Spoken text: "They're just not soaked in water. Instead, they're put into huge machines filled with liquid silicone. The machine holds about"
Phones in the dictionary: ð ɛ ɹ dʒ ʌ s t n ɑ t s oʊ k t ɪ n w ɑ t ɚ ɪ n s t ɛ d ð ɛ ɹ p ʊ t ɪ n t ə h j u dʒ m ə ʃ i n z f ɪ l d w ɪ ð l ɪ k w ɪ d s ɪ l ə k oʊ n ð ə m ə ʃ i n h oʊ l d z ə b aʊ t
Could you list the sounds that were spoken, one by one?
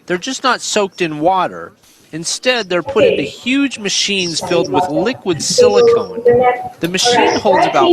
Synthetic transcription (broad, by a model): ð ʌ ɹ dʒ ʌ s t n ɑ t s oʊ k t ɪ n w ɑ t ɚ ɪ n s t ɛ d ð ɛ ɹ p ʊ t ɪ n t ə h j u dʒ m ə ʃ i n z f ɪ l d w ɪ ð l ɪ k w ɪ d s ɪ l ə k oʊ n ð ə m ə ʃ i n h oʊ l d z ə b aʊ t